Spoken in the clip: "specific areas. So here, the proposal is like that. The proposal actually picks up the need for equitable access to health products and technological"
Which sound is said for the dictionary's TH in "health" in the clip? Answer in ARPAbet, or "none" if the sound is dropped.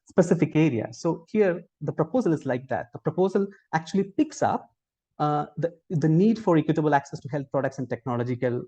T